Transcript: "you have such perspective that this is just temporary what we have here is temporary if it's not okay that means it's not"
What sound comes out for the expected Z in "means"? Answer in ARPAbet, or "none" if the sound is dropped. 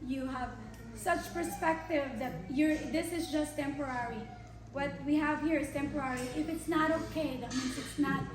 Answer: S